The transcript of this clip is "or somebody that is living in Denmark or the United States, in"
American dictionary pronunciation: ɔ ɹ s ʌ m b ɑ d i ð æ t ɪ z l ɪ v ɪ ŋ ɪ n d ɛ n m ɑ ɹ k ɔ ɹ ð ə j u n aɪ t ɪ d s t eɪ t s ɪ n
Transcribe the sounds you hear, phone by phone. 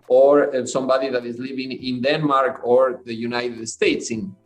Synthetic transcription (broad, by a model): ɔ ɹ s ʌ m b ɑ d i ð æ t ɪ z l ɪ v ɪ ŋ ɪ n d ɛ n m ɑ ɹ k ɔ ɹ ð ə j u n aɪ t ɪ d s t eɪ t s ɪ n